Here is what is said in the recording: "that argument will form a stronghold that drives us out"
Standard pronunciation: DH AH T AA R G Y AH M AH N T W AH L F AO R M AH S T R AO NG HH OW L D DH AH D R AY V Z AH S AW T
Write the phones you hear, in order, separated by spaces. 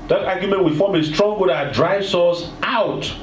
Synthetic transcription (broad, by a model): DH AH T AA G Y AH M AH N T W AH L F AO M AH S T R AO NG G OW D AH D R AY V S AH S AW T